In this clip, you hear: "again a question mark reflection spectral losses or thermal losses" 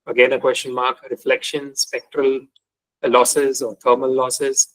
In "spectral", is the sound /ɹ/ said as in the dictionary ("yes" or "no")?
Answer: yes